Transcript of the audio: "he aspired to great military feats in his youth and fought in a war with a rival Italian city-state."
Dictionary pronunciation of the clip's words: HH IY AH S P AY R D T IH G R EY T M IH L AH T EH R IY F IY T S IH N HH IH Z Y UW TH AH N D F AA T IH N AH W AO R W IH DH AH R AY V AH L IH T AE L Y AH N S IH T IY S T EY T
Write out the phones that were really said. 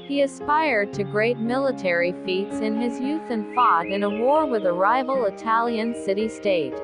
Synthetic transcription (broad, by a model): HH IY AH S P AY R D T IH G R EY T M IH L AH T EH R IY F IY T S IH N IH Z Y UW TH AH N F AA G IH N AH W AO R W IH DH AH R AY V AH L IH T AE L Y AH N S IH T IY S T EY T